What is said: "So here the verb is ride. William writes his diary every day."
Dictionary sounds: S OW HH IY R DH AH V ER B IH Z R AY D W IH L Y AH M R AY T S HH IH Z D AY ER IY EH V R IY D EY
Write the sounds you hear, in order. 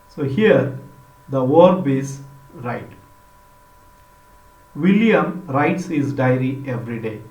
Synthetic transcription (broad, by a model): S OW HH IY R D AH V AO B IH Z R AY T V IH L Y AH M R AY T S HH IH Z D AY ER IY EH V R IY D EY